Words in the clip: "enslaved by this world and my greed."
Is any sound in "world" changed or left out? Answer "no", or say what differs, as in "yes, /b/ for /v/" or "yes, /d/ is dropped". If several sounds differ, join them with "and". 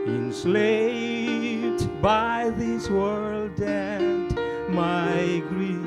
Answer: no